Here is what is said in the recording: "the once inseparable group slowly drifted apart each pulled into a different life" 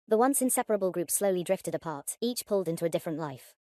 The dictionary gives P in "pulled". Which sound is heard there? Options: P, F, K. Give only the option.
P